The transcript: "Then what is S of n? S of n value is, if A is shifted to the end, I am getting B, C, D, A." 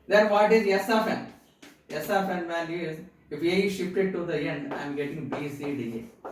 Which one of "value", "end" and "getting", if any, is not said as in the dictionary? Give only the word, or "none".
value